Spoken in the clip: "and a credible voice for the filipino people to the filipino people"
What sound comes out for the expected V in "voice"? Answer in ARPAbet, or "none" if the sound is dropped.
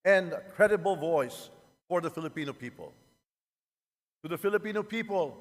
V